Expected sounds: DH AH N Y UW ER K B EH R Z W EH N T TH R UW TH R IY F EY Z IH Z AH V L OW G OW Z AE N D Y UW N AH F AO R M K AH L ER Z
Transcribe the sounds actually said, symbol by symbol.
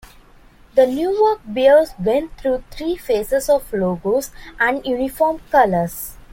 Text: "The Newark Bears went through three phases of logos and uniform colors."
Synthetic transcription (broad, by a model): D AH N Y UW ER K B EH L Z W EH N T T R UW T R IY F EY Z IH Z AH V L OW G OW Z AE N D Y UW N AH F AO R M K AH L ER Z